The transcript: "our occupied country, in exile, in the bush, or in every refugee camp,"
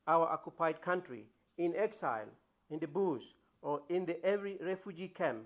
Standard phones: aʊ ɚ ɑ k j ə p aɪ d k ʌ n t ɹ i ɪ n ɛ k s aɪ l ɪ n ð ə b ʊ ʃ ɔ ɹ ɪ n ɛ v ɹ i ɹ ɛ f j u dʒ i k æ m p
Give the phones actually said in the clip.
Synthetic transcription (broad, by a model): aʊ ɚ ɑ k j ə p aɪ d k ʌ n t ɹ i ɪ n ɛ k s aɪ l ɪ n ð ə b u s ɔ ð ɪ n ɛ v ɹ i ɹ ɛ f j u dʒ i k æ m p